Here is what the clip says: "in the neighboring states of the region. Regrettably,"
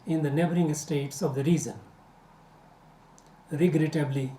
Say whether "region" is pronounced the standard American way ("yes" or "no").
no